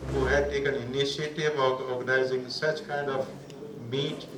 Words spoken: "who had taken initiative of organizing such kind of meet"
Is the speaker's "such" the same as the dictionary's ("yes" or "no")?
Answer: yes